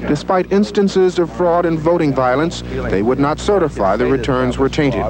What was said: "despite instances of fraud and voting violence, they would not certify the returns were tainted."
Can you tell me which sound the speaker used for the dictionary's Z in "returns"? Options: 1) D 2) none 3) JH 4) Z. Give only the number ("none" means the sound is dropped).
4